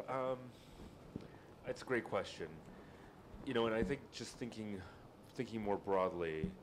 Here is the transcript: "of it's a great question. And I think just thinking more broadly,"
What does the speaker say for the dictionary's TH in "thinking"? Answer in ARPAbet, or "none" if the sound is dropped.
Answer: TH